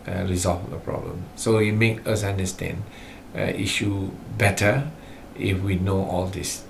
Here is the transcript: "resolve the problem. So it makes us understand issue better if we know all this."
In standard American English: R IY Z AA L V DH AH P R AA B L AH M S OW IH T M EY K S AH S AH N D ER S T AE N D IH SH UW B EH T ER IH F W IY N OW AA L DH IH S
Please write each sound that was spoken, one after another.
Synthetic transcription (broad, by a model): R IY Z AA L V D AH P R AA B L AH M S OW IH T M EY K AH S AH N D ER S T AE N D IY SH UW B EH T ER IH F W IY N OW AA L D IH S